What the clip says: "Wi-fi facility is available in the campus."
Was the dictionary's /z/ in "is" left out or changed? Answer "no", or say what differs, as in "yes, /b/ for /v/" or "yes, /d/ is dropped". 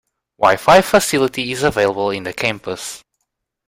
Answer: no